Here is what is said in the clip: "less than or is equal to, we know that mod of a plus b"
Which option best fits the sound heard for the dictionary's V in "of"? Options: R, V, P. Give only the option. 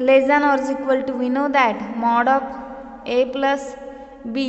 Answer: P